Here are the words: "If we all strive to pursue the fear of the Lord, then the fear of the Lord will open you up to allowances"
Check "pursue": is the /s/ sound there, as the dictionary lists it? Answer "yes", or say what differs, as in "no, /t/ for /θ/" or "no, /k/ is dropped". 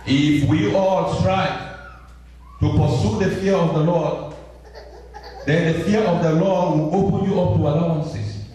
yes